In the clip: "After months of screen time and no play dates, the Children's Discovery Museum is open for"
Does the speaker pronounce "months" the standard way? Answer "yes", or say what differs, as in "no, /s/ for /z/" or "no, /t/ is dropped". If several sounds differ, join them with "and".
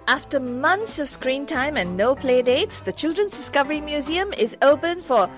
yes